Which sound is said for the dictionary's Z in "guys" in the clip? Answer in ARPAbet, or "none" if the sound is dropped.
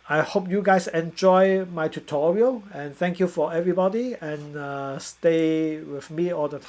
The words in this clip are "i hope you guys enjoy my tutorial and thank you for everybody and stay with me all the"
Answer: S